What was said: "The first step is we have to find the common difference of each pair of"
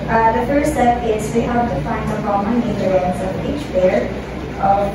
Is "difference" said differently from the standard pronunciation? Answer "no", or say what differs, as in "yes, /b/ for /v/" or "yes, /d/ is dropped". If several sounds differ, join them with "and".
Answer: yes, /f/ is dropped